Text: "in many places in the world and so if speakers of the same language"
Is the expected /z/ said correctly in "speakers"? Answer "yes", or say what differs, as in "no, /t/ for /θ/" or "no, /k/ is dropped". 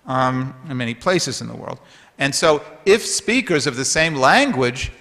yes